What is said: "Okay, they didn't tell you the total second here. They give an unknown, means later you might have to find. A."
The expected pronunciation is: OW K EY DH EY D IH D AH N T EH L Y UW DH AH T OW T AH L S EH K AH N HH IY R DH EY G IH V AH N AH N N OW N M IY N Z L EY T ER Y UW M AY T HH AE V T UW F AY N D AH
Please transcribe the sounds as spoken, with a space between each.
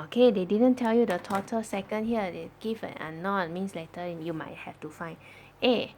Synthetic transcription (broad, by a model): OW K EY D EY D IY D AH N T EH L Y UW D AH T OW T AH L S EH K AH N HH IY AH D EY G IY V AH N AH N N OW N M IY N S L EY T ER Y UW M AY T HH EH F T UW F AY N AH